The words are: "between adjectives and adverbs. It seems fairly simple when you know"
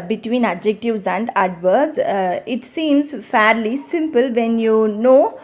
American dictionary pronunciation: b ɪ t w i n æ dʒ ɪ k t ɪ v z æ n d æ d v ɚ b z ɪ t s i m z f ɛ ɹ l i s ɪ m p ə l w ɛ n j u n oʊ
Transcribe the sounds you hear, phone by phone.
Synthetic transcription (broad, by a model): b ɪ t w i n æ dʒ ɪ k t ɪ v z æ n d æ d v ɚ z ɪ t s i m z f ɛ ɹ l i s ɪ m p ə l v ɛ n j u n oʊ